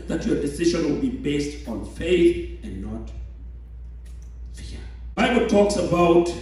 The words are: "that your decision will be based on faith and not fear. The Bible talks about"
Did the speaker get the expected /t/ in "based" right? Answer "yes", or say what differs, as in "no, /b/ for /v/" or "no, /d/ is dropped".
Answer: yes